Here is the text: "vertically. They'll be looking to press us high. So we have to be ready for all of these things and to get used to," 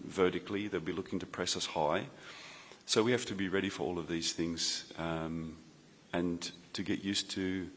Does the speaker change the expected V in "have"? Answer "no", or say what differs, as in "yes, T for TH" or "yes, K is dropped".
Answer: yes, F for V